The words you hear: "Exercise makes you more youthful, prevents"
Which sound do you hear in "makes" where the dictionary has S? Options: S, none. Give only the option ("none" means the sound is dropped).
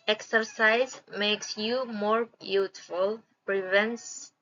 S